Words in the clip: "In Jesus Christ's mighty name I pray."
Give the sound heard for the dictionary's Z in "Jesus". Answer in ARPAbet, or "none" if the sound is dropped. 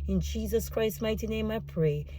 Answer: Z